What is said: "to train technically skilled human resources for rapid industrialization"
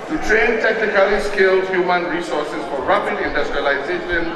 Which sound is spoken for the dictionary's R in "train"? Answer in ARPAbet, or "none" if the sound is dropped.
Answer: R